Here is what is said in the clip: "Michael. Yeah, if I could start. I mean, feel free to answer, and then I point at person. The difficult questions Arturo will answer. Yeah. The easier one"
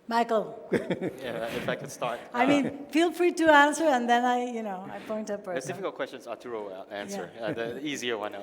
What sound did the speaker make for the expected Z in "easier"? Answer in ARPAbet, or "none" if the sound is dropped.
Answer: Z